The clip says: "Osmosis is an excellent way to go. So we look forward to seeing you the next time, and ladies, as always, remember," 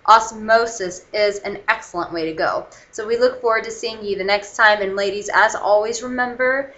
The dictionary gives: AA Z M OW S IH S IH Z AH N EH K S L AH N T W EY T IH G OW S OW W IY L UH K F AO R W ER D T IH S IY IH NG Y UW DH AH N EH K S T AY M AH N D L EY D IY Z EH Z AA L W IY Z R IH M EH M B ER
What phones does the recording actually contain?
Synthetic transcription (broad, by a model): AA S M OW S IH S IH Z AH N EH K S L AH N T W EY T IH G OW S OW W IY L UH K F AO R W ER D T IH S IY IH NG Y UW DH AH N EH K S T AY M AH N L EY D IY Z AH Z AA L W IY Z R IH M EH M B ER